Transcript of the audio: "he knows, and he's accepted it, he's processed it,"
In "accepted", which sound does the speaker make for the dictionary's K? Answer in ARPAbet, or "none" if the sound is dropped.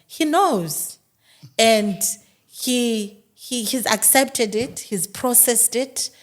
K